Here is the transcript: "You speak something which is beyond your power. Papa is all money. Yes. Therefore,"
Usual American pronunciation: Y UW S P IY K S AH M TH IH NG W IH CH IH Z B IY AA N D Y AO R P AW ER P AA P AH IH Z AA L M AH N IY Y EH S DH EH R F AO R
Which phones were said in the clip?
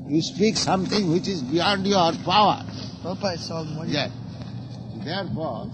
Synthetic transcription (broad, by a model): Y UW S P IY K S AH M T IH NG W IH CH IH Z B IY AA N D Y AO R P P AA AH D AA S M Y EH S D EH R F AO R